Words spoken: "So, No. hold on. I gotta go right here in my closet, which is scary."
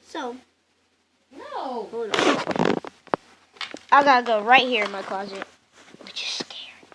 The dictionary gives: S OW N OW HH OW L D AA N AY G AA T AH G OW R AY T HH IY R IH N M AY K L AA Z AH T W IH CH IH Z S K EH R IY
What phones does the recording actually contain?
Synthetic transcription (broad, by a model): S OW N OW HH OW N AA AY G AA T AH G OW R AY T HH IY R IH N M AY K L AA Z AH T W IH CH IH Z S K EH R